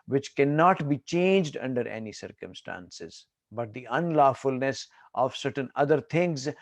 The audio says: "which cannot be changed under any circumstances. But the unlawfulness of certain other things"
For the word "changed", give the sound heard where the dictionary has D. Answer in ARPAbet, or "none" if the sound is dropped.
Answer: D